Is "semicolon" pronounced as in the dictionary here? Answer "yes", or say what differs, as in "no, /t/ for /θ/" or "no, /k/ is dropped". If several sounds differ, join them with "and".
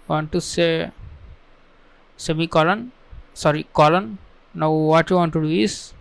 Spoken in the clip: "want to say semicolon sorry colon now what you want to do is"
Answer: yes